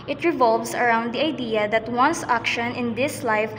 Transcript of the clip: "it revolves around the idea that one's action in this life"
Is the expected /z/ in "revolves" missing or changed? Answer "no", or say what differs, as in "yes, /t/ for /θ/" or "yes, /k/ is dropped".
yes, /s/ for /z/